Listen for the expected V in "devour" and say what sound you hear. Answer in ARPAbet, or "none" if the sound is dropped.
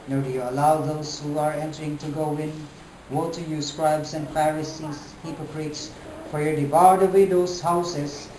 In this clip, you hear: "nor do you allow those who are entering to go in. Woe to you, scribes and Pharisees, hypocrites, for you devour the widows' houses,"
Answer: B